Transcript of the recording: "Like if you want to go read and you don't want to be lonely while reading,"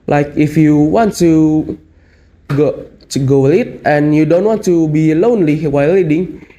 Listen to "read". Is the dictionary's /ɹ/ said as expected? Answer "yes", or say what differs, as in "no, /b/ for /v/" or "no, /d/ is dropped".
no, /l/ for /ɹ/